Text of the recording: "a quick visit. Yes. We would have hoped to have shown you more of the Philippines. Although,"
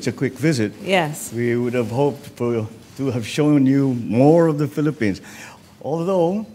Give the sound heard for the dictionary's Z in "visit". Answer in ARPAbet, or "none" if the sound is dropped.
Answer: Z